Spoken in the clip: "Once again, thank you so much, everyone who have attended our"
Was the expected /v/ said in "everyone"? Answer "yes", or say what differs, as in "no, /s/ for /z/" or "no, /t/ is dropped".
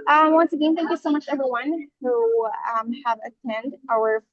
yes